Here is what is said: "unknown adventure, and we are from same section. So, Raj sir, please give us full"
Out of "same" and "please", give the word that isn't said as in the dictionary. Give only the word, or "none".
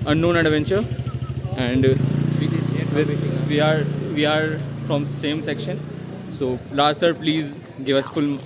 none